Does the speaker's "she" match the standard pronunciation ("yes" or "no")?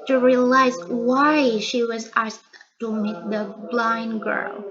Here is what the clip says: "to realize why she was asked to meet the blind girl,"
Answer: yes